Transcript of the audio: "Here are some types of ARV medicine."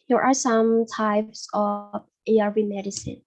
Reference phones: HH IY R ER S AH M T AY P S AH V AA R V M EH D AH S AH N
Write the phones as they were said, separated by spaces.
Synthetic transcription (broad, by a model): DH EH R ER S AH M T AY P S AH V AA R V M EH D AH S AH N